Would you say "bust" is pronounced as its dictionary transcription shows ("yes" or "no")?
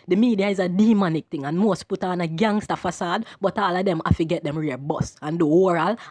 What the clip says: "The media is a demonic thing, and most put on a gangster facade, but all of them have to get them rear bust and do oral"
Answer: no